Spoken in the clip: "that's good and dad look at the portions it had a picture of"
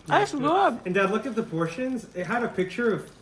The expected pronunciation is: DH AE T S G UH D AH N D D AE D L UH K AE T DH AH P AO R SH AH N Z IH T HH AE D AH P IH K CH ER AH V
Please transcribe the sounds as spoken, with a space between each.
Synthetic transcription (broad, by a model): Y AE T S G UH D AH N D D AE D L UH K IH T DH AH P AO R SH AH N Z IH T HH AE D AH P IH K CH ER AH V